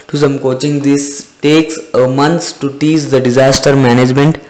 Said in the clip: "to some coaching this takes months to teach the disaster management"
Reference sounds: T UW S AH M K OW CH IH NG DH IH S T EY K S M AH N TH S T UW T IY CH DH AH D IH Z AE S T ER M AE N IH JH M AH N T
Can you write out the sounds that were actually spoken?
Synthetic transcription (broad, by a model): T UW S AH M K OW CH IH NG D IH S T EY K S M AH N T S T UW T IY CH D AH D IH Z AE S T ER M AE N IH JH M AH N T